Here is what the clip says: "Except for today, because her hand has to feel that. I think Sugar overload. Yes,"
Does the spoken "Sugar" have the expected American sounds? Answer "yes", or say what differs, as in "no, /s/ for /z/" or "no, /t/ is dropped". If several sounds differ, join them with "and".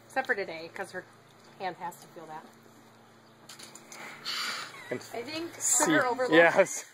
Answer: no, /s/ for /ʃ/